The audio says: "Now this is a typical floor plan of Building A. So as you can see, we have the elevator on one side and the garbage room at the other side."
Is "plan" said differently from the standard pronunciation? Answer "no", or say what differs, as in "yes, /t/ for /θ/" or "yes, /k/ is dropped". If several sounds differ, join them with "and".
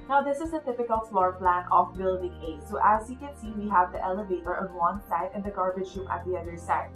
no